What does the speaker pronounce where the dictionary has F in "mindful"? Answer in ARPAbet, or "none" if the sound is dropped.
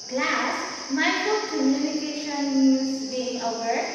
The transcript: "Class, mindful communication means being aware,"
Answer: none